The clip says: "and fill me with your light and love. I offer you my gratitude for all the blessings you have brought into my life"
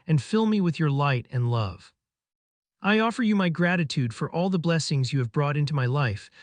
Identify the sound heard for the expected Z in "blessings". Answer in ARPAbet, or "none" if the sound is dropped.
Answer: Z